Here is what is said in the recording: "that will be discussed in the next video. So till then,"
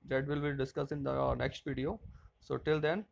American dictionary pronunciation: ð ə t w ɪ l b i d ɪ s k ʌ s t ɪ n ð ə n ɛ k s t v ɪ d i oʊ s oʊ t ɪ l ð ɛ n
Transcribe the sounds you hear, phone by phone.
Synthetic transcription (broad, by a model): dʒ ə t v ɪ l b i d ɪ s k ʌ s ɪ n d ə n ɛ k s t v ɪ d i oʊ s oʊ t ɪ l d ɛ n